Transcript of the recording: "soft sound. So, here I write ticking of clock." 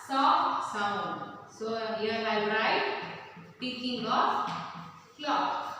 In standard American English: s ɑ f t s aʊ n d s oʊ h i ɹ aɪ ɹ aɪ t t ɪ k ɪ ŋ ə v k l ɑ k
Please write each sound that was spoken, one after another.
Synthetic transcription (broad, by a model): s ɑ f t s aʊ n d s oʊ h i l aɪ ɹ aɪ t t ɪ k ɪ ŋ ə f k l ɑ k